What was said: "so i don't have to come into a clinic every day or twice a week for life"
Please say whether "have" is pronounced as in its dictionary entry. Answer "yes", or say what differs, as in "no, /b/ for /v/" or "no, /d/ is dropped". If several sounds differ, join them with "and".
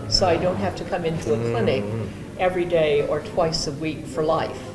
no, /f/ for /v/